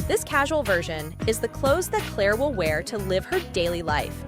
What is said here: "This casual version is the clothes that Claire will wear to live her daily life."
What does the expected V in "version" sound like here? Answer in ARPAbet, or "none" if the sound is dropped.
V